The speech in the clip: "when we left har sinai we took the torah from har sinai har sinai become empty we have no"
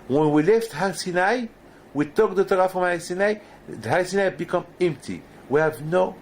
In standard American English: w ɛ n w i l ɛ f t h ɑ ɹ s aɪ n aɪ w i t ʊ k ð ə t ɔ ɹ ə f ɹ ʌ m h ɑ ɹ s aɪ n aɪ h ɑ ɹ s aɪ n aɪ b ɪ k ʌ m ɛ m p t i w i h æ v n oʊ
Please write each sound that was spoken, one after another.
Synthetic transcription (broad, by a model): w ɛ n w i l ɛ f t h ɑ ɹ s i n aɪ w i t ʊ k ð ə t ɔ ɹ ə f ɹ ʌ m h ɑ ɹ s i n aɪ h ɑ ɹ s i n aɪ b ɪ k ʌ m ɛ m p t i w i h æ v n oʊ